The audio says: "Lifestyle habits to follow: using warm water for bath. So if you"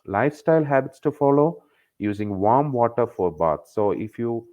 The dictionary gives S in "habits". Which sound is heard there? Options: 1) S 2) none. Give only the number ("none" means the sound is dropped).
1